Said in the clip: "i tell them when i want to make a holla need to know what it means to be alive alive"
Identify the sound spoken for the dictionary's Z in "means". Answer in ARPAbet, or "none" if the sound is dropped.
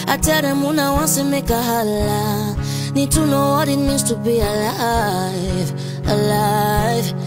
S